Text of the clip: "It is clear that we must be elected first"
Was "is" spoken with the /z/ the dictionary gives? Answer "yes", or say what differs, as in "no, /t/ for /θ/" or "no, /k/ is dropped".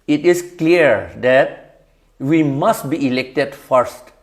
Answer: no, /s/ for /z/